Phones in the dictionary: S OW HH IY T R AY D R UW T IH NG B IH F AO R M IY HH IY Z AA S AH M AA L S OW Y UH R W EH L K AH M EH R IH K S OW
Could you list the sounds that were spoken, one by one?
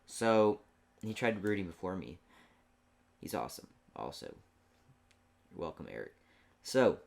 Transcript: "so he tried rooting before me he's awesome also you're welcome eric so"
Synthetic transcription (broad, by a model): S OW HH IY T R AY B R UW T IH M B IH F AO R M IY HH IY Z AA S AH M AA L S OW UH W EH L K AH M EH R IH K S OW